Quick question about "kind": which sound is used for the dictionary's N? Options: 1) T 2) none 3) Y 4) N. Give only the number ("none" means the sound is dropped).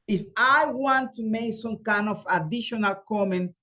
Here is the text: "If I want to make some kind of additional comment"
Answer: 4